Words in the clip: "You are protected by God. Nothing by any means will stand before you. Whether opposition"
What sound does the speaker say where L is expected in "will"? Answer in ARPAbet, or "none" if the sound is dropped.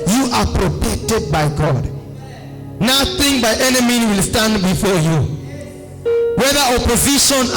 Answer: L